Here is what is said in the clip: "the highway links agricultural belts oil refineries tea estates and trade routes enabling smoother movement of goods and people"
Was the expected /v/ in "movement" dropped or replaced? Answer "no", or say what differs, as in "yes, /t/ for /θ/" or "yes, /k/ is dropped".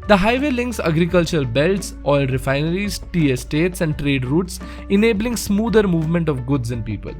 no